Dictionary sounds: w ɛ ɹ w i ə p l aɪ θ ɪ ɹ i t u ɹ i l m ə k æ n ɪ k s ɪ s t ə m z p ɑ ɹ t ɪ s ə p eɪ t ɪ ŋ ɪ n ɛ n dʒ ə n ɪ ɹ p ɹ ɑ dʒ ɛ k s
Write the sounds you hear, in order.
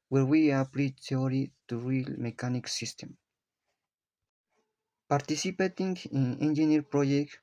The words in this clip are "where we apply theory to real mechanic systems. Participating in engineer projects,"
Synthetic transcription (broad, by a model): w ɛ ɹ w i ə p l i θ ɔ ɹ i t u ɹ i l m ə k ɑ n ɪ k s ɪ s t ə m p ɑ ɹ t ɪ s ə p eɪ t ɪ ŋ ɪ n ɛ n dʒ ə n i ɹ p ɹ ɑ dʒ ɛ k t